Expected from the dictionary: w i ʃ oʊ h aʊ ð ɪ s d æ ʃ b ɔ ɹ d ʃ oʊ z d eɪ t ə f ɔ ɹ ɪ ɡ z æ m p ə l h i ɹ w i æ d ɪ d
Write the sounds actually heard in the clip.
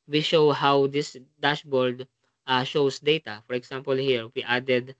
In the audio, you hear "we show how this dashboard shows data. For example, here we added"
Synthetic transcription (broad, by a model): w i ʃ oʊ h aʊ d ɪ s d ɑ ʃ b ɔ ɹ d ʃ oʊ s d eɪ t ə f ɔ ɹ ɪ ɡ s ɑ m p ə l h i ɹ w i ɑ d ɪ d